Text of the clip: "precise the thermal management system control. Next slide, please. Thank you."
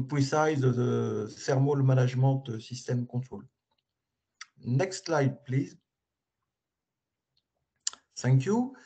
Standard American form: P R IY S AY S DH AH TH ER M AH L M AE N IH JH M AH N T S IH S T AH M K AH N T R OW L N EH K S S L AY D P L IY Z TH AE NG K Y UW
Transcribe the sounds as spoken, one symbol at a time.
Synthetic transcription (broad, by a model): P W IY S AY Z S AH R M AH L M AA N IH ZH M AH T S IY S T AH M K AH T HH OW L N EH K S S L AY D P L IY Z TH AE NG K Y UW